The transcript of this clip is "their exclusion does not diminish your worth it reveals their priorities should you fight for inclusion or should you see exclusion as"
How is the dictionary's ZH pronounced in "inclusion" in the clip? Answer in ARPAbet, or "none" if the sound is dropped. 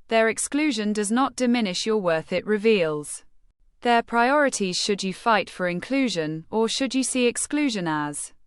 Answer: ZH